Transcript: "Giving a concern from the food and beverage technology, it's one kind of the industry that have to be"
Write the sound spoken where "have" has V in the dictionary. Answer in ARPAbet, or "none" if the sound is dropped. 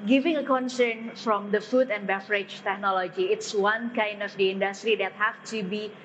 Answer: F